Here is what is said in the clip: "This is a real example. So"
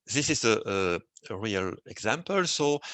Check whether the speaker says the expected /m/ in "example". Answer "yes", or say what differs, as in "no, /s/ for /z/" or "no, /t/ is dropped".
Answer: yes